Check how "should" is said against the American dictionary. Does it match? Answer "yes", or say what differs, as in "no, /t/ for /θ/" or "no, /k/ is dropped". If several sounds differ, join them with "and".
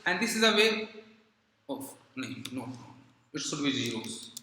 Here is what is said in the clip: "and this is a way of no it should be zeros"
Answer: no, /s/ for /ʃ/